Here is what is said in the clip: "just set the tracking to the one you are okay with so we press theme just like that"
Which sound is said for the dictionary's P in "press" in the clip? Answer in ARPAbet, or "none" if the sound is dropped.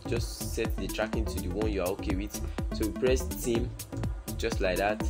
P